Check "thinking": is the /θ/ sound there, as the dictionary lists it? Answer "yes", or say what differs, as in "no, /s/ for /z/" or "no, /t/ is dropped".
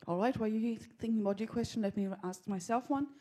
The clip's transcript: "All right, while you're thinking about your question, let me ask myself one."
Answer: yes